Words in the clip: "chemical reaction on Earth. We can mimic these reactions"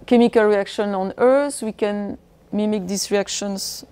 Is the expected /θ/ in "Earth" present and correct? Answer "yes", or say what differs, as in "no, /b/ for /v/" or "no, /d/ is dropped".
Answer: no, /s/ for /θ/